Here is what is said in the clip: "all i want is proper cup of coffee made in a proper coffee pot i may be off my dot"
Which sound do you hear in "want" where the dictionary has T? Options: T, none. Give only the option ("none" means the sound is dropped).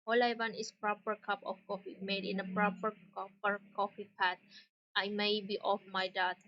none